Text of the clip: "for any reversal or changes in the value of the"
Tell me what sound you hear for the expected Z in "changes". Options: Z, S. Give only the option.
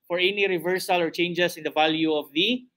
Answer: S